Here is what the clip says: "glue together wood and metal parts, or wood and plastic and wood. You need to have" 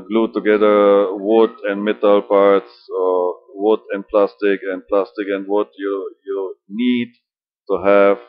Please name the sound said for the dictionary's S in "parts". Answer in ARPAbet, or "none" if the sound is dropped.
S